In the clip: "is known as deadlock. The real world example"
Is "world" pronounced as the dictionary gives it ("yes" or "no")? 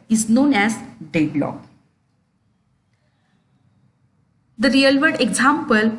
no